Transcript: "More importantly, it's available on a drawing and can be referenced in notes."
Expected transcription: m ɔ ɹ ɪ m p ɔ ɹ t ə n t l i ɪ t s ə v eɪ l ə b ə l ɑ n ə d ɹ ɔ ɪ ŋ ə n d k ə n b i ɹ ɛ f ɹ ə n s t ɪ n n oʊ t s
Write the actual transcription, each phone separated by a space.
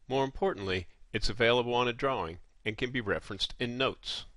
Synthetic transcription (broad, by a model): m ɔ ɹ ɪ m p ɔ ɹ t n t l i ɪ t s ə v eɪ l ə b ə l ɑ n ə d ɹ ɔ ɪ ŋ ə n k ə n b i ɹ ɛ f ɹ ə n s t ɪ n n oʊ t s